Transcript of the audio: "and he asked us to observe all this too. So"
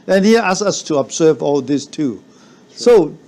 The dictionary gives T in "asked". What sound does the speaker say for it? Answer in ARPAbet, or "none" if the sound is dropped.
none